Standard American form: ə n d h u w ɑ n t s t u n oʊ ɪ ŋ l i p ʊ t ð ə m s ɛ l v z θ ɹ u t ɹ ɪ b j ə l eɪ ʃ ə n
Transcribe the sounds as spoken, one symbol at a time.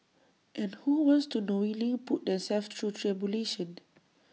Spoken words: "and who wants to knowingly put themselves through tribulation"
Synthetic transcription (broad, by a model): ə n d h u w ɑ n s t u n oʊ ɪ l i p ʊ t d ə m s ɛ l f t ɹ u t ɹ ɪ b j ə l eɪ ʃ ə n